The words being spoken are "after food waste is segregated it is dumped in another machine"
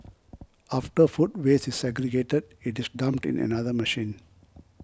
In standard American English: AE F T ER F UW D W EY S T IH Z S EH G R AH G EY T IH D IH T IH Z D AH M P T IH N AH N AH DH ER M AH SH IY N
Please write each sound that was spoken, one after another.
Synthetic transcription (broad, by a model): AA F T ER F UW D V EY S IH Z S EH G R AH G EY T IH D IH T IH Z D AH M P T IH N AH N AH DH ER M AH SH IY N